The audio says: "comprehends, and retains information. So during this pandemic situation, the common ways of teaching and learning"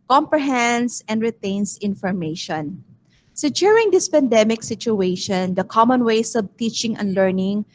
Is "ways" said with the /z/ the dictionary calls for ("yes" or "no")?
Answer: no